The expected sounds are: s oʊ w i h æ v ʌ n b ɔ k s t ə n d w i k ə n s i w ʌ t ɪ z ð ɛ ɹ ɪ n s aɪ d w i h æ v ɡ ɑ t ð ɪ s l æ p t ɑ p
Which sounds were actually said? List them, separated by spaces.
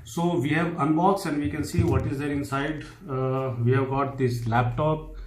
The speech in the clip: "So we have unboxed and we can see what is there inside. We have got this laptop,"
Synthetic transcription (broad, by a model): s oʊ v i h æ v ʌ n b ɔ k s ə n d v i k ə n s i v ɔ t ɪ z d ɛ ɹ ɪ n s aɪ d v i h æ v ɡ ɑ t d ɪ s l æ p t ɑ p